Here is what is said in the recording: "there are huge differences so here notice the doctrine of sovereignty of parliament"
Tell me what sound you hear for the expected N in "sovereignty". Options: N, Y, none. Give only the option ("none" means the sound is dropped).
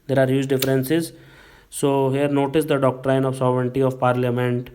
N